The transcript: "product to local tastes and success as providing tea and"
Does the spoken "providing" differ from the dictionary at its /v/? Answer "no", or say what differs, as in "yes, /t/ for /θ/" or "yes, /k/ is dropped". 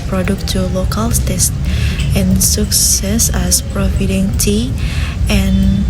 yes, /f/ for /v/